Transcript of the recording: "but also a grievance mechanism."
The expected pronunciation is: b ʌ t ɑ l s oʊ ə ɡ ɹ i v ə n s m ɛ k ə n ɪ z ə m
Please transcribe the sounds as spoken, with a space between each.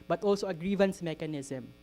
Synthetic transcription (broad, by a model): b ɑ t ɑ l s oʊ ə ɡ ɹ i v ə n s m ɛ k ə n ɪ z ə m